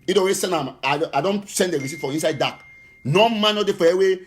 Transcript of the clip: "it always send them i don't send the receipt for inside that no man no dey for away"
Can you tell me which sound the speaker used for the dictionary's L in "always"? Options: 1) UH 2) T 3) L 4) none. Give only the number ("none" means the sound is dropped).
4